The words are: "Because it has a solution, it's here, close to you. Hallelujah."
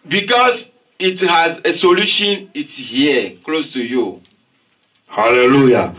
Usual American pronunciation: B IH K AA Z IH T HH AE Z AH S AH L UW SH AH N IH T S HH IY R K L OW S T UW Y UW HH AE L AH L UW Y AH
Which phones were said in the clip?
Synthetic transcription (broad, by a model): B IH K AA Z IH T HH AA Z AH S AH L UW SH AH N IH T S HH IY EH K L OW S T UW Y UW HH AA L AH L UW Y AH